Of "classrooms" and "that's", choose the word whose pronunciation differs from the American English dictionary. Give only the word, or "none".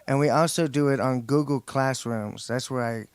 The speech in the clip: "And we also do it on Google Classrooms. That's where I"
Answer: none